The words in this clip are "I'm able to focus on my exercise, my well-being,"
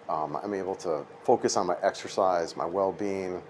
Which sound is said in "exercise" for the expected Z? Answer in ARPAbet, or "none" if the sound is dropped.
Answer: Z